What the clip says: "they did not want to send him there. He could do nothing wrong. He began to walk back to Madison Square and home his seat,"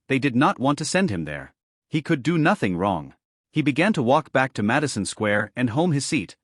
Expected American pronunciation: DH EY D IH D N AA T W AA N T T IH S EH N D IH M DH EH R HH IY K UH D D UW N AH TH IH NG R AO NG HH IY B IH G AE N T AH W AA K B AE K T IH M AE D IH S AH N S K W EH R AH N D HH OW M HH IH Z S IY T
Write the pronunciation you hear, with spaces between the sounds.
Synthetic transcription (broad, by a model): DH EY D IH D N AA T W AA N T T IH S EH N D IH M DH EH R HH IY K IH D D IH N AH TH IH NG R AO NG HH IY B IH G AE N T AH W AA K B AE K T IH M AE D IH S AH N S K W EH R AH N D HH OW M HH IH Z S IY T